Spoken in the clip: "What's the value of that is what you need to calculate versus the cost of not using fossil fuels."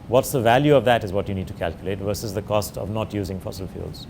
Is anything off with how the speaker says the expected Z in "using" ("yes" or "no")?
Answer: no